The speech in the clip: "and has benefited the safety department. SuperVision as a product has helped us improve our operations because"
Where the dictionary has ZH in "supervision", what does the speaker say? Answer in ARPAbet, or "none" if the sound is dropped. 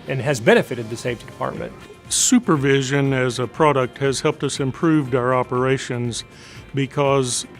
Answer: ZH